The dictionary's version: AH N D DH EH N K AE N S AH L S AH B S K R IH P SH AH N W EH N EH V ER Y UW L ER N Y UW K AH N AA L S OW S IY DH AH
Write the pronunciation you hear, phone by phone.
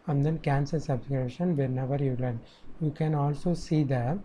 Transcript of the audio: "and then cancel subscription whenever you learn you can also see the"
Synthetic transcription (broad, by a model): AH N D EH N K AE N S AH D S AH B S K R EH SH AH N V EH N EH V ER Y UW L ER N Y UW K AH N AA L S OW S IY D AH